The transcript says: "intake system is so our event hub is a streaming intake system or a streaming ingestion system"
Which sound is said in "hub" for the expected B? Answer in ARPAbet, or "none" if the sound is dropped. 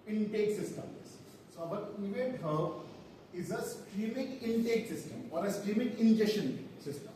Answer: none